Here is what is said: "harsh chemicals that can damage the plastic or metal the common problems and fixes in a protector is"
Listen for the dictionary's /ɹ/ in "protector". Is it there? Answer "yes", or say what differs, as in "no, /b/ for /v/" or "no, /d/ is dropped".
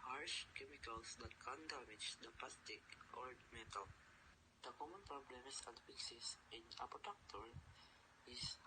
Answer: no, /ɹ/ is dropped